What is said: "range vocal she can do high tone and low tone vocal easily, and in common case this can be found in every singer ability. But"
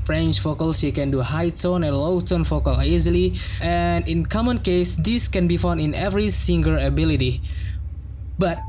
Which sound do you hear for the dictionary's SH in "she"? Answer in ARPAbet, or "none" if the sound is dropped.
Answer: S